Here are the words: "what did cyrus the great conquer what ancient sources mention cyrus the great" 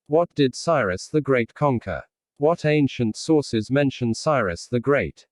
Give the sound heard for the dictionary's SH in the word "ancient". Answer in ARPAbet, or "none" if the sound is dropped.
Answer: SH